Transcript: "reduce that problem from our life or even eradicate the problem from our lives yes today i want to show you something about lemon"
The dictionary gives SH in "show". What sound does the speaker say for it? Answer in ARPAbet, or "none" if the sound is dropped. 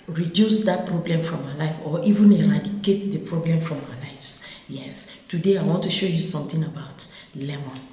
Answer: SH